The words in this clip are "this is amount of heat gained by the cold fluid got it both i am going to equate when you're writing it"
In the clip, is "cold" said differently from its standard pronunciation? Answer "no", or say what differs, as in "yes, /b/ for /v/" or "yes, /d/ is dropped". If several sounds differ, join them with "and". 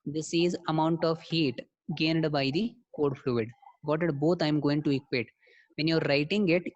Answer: yes, /l/ is dropped